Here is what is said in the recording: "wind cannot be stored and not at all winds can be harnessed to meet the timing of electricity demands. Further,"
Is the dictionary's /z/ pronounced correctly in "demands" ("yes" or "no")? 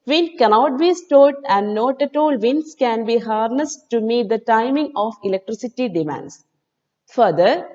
no